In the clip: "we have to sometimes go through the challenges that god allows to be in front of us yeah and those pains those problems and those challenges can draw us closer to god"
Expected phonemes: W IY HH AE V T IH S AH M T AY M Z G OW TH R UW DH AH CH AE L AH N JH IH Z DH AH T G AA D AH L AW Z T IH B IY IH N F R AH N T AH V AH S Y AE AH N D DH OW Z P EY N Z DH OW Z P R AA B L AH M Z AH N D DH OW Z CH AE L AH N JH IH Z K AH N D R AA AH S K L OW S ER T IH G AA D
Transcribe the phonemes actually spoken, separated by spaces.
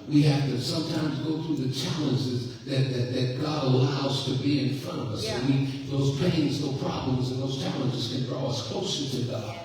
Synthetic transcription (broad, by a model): W IY HH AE F T IH S AH M T AY M Z G OW TH R UW DH AH CH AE L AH N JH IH Z DH AH T G AA D AH L AW Z T IH B IY IH N F R AH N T AH V AH S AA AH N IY DH OW Z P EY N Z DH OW P R AA B L AH M Z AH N DH OW Z CH AE L AH N JH IH Z K AH N D R AA AH S K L OW S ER T IH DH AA